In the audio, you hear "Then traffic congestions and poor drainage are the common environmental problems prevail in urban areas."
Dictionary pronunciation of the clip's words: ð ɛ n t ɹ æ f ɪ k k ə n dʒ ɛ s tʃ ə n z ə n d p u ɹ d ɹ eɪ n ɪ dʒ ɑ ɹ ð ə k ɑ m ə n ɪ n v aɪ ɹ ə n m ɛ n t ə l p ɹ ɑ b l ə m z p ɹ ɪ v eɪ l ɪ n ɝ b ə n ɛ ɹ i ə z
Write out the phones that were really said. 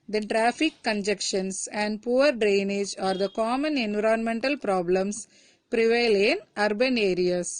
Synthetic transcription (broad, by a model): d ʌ t ɹ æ f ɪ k k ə n dʒ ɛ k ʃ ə n s ə n d p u ɹ d ɹ eɪ n ɪ dʒ ɑ ɹ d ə k ɑ m ə n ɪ n v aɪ ɹ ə n m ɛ n t ə l p ɹ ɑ b l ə m s p ɹ ɪ v eɪ l ɪ n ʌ b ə n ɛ ɹ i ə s